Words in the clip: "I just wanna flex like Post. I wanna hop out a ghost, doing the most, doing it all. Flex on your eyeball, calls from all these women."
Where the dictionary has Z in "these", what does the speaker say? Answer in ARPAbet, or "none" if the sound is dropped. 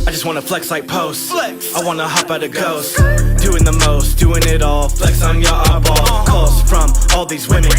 Z